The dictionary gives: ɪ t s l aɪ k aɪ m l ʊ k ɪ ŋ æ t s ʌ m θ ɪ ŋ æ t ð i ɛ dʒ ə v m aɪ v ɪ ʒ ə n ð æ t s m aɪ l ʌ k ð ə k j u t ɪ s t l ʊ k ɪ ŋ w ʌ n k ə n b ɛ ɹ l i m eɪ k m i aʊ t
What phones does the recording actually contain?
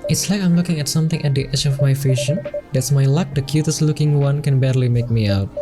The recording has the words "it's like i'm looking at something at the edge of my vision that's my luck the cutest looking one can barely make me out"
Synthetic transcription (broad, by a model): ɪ t s l aɪ k aɪ m l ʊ k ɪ ŋ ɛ t s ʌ m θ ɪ ŋ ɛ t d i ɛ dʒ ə f m aɪ f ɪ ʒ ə n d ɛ t s m aɪ l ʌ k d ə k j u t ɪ s l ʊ k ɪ ŋ w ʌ n k ə n b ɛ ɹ l i m eɪ k m i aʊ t